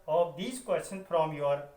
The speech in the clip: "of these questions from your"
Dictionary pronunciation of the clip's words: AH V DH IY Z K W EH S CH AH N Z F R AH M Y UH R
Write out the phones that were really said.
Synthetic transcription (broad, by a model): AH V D IY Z K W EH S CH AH N F R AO M Y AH R